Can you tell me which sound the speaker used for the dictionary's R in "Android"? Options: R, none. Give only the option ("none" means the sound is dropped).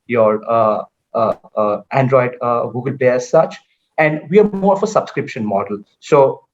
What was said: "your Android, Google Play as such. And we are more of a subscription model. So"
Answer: R